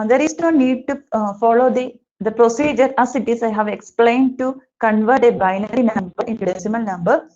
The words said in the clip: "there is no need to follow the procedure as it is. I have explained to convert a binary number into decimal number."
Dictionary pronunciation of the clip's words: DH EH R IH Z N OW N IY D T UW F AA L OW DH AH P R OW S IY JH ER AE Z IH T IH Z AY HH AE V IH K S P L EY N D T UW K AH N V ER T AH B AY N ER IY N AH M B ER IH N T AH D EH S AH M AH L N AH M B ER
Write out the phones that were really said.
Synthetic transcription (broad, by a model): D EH R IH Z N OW N IY D T UW F AA L OW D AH P R OW S IY JH ER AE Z IH T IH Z AY HH AE V IH K S P L EY N D T UW K AH N V ER T AH B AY N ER IY N AH M B ER IH N T AH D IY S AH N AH L N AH M B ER